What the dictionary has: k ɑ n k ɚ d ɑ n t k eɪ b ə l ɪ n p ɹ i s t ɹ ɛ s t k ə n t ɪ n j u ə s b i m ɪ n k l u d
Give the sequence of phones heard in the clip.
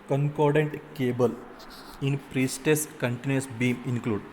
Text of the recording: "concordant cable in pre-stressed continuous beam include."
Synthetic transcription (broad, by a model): k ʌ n k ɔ d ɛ n t k eɪ b ə l ɪ n p ɹ i s t ɛ s k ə n t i n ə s b i m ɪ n k l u d